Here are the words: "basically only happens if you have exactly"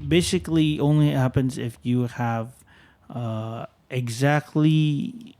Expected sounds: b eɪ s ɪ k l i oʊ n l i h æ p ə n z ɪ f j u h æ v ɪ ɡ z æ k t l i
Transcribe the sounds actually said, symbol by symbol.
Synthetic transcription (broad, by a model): b eɪ s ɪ k l i oʊ n l i h æ p ə n z ɪ f j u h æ v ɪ ɡ z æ k t l i